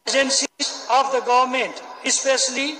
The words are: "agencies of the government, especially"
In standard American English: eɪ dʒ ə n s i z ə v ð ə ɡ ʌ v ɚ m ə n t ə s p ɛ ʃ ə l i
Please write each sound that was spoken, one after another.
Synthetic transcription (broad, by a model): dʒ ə n s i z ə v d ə ɡ ʌ v ɚ m ə n t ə s p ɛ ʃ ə l i